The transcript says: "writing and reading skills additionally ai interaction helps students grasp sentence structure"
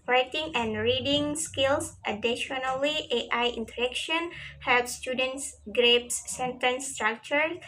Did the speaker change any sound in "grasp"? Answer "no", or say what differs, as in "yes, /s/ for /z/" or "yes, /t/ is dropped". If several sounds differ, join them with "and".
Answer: yes, /s/ is dropped